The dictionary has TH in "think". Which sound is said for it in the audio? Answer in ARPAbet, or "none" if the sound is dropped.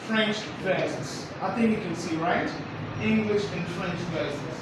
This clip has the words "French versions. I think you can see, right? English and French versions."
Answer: TH